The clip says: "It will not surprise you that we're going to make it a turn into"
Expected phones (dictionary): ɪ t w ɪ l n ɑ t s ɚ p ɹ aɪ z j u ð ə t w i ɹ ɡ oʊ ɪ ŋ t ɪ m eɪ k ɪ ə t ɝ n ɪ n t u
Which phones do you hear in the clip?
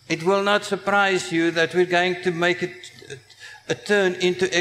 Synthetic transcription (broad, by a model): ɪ t w ɪ l n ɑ t s ɚ p ɹ aɪ z j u ð ə t w i ɹ ɡ oʊ ɪ ŋ t ɪ m eɪ k ɪ ə t ɝ n ɪ n t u